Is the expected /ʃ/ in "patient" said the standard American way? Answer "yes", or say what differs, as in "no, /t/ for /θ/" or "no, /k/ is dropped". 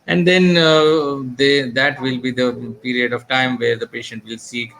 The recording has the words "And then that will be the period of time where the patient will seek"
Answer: yes